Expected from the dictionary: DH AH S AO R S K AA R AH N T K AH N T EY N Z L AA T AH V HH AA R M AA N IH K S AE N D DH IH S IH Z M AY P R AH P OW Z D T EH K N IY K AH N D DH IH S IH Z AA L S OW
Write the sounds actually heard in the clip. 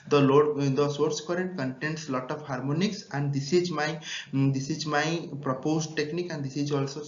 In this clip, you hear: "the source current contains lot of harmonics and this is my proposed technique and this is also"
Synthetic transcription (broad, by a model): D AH S AO R S K AA R AH N T K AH N T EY N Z L AA T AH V HH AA R M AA N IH K S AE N D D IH S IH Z M AY P R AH P OW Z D T EH K N IY K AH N D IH S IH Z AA L S OW